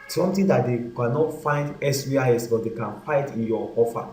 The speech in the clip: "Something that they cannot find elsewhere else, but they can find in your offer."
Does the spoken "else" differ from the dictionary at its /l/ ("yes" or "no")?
yes